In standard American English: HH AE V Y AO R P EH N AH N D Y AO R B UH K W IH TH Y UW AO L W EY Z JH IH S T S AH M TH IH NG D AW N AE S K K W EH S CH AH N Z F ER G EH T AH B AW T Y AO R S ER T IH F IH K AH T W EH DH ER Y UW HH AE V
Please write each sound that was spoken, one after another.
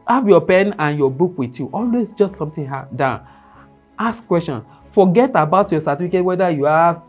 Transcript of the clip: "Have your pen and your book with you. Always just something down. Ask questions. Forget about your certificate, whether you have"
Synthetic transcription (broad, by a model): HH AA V Y AO P EH N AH N Y AO B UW K W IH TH Y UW AO L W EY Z JH IH S T S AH M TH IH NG D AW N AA S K K W EH S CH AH N F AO G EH T AH B AW T Y AO S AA T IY F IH K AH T W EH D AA Y UW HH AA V